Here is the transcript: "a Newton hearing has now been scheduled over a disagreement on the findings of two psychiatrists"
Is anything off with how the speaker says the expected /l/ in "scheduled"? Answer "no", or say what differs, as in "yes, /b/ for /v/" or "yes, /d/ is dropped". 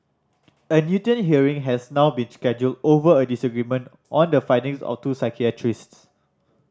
no